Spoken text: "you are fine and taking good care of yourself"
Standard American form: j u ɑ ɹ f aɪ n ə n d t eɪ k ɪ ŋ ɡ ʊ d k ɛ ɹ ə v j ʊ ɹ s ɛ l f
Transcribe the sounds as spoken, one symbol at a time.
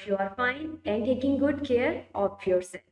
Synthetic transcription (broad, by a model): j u ɑ ɹ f aɪ n ə n d t eɪ k ɪ ŋ ɡ ʊ d k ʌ ɹ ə p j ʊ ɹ s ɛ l